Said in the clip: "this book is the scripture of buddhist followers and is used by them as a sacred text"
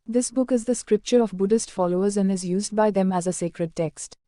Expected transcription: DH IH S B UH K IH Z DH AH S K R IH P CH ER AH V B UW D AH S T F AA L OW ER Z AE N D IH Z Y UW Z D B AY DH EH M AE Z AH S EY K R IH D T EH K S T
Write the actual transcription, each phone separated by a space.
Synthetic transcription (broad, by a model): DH IH S B UH K IH Z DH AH S K R IH P CH ER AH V B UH D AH S T F AA L OW ER Z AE N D IH Z Y UW Z D B AY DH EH M AE Z AH S EY K R IH D T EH K S T